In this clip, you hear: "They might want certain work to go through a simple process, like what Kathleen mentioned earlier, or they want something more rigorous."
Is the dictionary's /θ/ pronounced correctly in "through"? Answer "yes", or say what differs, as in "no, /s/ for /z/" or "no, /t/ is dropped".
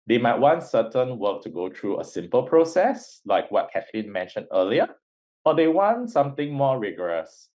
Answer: no, /t/ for /θ/